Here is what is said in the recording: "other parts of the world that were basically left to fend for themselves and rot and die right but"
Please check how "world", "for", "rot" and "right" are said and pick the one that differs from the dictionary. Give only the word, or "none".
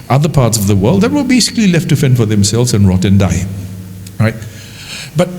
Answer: none